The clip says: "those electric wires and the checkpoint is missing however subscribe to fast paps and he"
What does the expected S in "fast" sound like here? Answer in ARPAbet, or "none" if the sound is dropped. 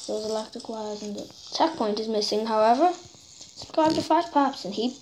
none